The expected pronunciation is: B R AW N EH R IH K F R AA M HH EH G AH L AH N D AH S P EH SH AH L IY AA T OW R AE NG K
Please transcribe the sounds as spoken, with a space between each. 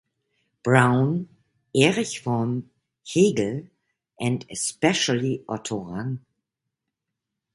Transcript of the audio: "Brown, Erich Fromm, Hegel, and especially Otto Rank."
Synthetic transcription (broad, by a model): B R AW N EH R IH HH F AA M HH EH G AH L AH N D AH S P EH SH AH L IY AA T OW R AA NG